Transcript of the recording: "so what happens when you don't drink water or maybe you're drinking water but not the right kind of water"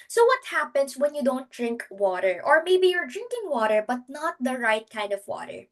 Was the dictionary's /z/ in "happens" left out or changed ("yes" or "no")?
yes